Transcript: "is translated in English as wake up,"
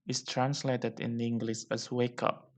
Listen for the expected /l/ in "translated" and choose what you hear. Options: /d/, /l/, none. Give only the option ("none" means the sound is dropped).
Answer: /l/